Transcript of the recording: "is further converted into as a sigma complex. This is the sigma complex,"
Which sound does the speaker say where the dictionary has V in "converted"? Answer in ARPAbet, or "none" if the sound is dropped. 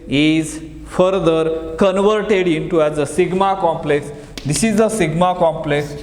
V